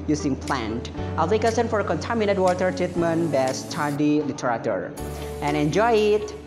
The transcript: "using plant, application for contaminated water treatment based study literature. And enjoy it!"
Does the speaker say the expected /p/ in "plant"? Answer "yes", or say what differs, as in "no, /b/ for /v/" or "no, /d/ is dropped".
yes